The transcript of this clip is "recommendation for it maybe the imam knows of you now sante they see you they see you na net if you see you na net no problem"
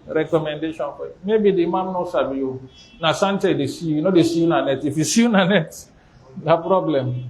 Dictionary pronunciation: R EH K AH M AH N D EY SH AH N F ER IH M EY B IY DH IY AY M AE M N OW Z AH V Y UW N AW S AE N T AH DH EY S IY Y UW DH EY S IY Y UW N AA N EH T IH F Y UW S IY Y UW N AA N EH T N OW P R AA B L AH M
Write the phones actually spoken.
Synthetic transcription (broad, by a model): R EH K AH M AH N D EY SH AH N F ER IH M EY B IY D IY M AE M N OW S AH B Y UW N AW S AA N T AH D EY S IY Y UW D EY S IY Y UW N AA N EH T IH F Y UW S IY Y UW N AA N EH T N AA P R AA B L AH M